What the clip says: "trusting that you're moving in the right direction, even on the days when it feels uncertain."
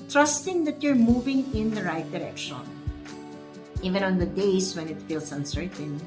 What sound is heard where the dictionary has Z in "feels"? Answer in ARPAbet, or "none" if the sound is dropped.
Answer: S